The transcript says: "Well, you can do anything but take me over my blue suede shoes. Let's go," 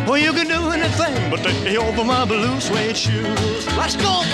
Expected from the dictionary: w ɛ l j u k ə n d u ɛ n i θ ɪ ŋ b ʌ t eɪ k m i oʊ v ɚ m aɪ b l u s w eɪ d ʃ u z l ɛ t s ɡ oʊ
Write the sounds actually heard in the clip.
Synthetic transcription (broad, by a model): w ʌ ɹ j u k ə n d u ɛ n i θ ɪ ŋ b ʌ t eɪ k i oʊ v ɚ m aɪ b l u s w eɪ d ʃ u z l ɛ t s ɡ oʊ